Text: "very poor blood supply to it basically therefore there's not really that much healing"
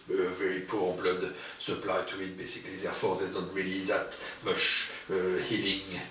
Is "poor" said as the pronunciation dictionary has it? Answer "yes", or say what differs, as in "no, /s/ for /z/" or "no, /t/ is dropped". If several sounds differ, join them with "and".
yes